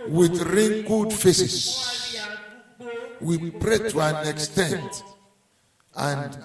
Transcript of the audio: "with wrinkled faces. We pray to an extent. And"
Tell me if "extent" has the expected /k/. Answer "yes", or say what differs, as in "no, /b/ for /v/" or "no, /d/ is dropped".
yes